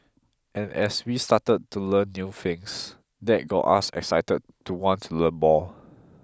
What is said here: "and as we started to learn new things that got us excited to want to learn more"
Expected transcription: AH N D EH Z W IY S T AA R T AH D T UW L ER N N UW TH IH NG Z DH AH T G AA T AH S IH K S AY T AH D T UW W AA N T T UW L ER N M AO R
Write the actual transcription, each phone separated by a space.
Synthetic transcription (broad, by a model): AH N EH S W IY S T AA T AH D T UW L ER N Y UW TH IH NG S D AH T G AA T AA S IH K S AY T AH D T UW W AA N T T UW L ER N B AO L